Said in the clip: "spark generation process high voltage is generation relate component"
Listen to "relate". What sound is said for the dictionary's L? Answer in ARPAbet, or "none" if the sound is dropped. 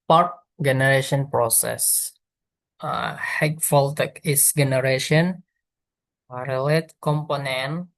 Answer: L